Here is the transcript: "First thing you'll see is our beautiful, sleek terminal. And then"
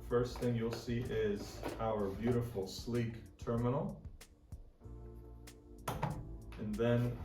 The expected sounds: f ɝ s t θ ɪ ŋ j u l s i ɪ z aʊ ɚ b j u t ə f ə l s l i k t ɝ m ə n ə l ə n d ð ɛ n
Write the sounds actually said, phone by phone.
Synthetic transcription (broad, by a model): f ɝ s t θ ɪ ŋ j u l s i ɪ z aʊ ɚ b j u t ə f l s l i k t ɝ m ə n l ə n ð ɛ n